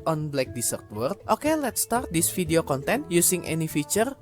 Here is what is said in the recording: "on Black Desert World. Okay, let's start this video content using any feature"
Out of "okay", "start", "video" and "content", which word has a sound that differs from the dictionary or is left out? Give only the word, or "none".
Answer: video